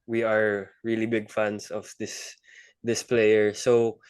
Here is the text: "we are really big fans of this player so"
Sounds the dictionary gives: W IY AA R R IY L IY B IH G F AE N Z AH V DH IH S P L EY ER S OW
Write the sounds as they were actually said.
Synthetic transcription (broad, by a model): W IY AA R R IY L IY B IH G F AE N S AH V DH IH S P L EY ER S OW